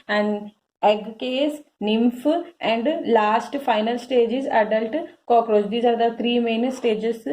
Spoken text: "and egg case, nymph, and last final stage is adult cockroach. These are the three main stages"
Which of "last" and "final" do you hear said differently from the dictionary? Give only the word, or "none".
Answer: none